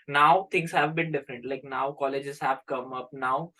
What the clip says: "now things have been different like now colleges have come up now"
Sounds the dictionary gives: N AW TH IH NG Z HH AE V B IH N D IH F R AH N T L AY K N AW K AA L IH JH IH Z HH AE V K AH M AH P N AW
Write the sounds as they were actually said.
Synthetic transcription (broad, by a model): N AW T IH NG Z HH AE V B IH N D IH F R AH N T L AY K N AW K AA L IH JH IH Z HH AE V K AH M AH P N AW